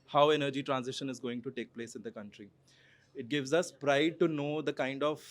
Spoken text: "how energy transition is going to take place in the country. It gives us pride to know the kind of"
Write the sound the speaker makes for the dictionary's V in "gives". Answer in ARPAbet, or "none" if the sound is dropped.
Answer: V